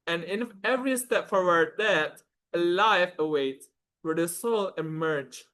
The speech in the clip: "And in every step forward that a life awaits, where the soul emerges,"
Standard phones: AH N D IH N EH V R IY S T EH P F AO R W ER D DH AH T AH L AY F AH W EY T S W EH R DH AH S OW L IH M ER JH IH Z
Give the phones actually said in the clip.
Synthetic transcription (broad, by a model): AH N IH N EH V R IY S T EH P F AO R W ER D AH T AH L AY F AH W EY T W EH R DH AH S OW L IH M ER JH